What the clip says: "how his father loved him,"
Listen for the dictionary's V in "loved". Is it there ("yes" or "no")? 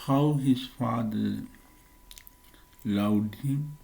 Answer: no